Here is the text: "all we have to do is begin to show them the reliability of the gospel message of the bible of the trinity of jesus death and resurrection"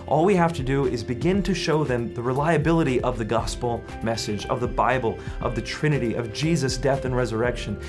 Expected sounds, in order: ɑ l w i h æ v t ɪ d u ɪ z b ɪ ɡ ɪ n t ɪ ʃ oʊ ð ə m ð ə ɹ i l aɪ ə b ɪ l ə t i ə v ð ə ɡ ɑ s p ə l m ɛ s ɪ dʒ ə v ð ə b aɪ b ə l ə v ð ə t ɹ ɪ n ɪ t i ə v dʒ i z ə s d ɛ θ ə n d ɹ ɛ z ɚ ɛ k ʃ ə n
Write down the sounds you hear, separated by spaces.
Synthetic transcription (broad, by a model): ɑ l w i h æ f t ɪ d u ɪ z b ɪ ɡ ɪ n t ɪ ʃ oʊ ð ə m ð ə ɹ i l aɪ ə b ɪ l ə t i ə v ð ə ɡ ɑ s p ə l m ɛ s ɪ dʒ ə v ð ə b aɪ b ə l ə v ð ə t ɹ ɪ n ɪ t i ə v dʒ i z ə s d ɛ θ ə n ɹ ɛ z ɚ ɛ k ʃ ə n